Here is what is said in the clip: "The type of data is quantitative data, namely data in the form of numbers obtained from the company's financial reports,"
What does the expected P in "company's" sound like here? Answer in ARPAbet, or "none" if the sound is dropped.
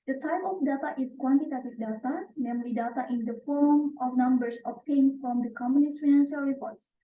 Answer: none